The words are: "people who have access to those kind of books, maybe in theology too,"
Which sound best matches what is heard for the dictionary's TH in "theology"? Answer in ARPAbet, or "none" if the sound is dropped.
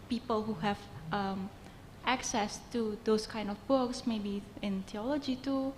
T